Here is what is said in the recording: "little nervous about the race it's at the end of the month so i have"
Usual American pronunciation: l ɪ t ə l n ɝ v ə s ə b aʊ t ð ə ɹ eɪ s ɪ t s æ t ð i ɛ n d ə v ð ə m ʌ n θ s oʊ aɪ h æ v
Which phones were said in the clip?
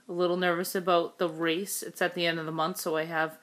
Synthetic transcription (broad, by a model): l ɪ t l n ɝ v ə s ə b aʊ t ð ə ɹ eɪ s ɪ t s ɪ t ð i ɛ n d ə v ð ə m ʌ n θ s oʊ aɪ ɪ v